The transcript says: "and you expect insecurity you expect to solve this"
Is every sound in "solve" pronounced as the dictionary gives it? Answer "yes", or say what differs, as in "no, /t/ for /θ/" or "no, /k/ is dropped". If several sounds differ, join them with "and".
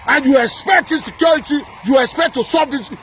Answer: no, /l/ is dropped